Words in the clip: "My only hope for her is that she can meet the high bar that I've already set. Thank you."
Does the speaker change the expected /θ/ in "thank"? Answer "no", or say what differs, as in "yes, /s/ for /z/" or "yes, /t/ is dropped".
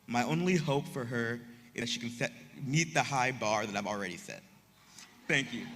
no